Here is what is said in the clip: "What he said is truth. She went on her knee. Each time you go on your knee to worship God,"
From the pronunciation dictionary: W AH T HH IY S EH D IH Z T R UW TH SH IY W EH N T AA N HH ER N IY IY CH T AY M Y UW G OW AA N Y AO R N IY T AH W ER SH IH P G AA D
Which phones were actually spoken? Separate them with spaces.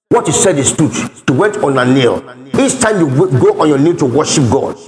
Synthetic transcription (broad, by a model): W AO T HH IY S EH D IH S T UW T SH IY W EH N T AA N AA N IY IY CH T AY M Y UW G OW AA N Y AO N IY T AH W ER SH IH P G AA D